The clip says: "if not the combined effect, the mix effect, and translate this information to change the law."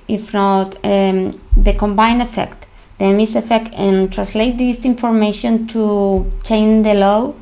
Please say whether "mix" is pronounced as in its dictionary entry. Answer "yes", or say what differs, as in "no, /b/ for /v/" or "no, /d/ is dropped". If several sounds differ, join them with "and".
no, /k/ is dropped